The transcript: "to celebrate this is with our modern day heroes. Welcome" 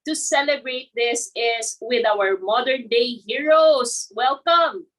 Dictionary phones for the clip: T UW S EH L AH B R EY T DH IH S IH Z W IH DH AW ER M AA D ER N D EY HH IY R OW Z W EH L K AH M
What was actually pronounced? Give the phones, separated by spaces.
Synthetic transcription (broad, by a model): T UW S EH L AH B R EY T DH IH S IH S W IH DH AW ER M AA D ER N D EY HH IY R OW S W EH L K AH M